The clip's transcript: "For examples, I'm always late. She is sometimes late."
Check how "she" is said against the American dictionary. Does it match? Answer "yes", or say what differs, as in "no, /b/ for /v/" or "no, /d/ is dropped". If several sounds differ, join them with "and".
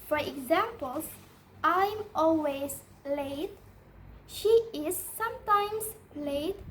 yes